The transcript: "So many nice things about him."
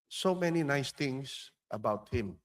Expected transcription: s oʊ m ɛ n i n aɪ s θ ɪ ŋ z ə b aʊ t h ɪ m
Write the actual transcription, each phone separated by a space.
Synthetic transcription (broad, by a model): s oʊ m ɛ n i n aɪ s t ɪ ŋ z ə b aʊ t h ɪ m